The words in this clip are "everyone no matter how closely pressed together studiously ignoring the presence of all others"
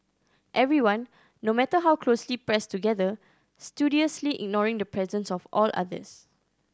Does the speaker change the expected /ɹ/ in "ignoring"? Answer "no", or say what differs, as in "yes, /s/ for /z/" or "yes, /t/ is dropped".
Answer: no